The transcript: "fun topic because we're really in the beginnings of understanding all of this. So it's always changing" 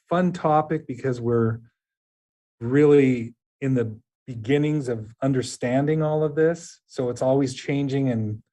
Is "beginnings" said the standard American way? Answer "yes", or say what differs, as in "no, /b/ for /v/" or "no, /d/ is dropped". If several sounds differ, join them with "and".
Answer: yes